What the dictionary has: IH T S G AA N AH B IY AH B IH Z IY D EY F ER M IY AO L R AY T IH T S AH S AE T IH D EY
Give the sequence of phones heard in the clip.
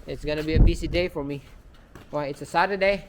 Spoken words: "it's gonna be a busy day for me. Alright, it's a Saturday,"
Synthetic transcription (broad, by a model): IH T S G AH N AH B IY AH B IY S IY D EY F ER M IY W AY IH T S AH S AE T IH D EY